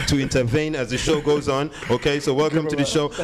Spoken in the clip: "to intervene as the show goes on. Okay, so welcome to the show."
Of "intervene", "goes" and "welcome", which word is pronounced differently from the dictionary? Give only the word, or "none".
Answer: none